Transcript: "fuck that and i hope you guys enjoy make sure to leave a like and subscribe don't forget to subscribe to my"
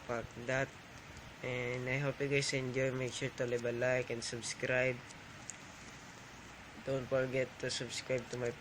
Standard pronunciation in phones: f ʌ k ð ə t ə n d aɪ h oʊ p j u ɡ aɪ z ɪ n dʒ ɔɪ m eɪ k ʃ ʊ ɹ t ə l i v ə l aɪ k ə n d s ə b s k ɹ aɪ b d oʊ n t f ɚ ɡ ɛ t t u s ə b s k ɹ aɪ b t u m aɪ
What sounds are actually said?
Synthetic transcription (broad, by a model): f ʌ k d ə t ə n d aɪ h oʊ p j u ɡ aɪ s ɪ n dʒ ɔɪ m eɪ k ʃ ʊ ɹ t ə l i b ə l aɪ k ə n s ə b s k ɹ aɪ b d oʊ n t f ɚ ɡ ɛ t t u s ə b s k ɹ aɪ b t u m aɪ